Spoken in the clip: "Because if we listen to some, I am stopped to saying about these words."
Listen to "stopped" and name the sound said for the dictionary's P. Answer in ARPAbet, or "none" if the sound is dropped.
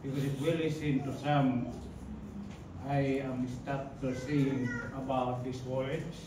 none